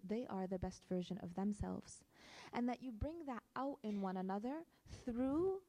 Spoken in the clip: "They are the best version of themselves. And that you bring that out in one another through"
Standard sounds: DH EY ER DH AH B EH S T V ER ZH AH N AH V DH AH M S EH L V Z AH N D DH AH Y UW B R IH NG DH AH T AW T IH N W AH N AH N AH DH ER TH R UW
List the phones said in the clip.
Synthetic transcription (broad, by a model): DH EY ER DH AH B EH S T V ER ZH AH N AH V DH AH M S EH L V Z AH N DH AH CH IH B R IH NG DH AH T AW T IH N W AH N AH N AH DH ER TH R UW